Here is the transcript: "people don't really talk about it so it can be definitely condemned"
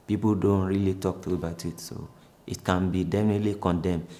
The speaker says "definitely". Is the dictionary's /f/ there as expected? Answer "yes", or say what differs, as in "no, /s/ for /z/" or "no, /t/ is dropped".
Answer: yes